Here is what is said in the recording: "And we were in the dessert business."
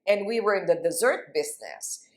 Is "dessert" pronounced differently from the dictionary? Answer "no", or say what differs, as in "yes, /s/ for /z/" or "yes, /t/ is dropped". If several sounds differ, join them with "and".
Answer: no